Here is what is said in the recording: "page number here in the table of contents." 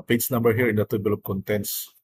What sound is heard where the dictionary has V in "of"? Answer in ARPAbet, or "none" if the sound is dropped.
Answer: P